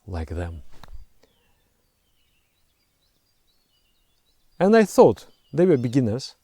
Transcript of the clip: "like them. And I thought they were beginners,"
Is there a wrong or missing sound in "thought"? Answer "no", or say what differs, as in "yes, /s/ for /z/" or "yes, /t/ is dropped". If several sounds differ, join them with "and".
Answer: no